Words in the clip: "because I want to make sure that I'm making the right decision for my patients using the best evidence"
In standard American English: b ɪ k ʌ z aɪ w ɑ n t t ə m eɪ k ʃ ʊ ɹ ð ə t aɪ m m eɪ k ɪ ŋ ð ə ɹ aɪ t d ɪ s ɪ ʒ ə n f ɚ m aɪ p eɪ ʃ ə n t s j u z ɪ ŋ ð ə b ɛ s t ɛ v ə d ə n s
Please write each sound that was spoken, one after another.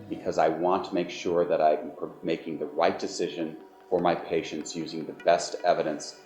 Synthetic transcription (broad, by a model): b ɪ k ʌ z aɪ w ɑ n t t ə m eɪ k ʃ ʊ ɹ ð ə t aɪ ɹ m eɪ k ɪ ŋ ð ə ɹ aɪ t d ɪ s ɪ ʒ ə n f ɚ m aɪ p eɪ ʃ ə n t s j u z ɪ ŋ ð ə b ɛ s t ɛ v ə d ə n s